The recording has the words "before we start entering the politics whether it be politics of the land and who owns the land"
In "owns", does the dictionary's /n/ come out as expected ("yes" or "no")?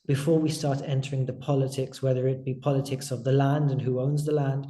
yes